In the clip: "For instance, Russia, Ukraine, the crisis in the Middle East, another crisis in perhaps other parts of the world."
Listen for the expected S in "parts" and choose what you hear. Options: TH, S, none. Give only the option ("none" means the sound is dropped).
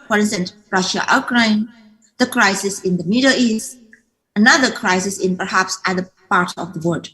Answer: none